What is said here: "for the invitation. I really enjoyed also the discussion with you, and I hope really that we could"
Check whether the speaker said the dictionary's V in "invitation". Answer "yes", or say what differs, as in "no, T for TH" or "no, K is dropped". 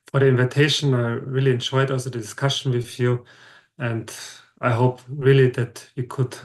yes